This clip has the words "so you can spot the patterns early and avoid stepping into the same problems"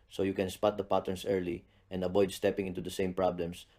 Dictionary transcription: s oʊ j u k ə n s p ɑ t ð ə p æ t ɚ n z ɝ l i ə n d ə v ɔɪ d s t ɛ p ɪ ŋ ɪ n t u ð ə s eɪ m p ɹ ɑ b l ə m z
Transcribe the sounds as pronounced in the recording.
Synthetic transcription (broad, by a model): s oʊ j u k ə n s p ɑ t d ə p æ t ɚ n s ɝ l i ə n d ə b ɔɪ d s t ɛ p ɪ ŋ ɪ n t u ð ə s eɪ m p ɹ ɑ b l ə m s